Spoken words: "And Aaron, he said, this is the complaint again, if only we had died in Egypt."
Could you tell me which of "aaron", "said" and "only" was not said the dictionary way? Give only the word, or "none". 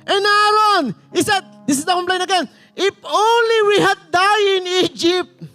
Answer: aaron